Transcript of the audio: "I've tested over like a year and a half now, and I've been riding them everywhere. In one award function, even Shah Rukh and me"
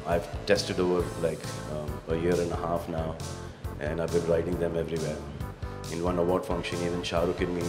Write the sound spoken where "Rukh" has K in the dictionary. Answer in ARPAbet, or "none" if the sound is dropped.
K